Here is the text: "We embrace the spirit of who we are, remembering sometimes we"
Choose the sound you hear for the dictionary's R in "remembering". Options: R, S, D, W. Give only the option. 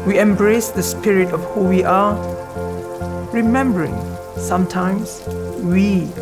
R